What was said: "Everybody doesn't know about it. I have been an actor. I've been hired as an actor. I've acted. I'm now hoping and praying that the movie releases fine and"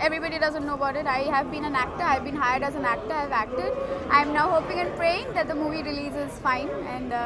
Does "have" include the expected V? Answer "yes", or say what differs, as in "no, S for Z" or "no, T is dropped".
yes